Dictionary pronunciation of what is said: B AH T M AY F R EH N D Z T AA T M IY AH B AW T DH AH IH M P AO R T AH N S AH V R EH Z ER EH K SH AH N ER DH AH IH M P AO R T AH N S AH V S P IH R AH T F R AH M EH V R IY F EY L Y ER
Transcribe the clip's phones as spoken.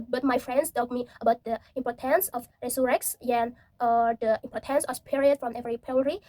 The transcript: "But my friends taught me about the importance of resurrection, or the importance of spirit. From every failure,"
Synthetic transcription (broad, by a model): B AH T M AY F R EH N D S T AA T M IY AH B AW T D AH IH M P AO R T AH N S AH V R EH S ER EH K S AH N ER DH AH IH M P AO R T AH N S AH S P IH R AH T F R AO M EH V R IY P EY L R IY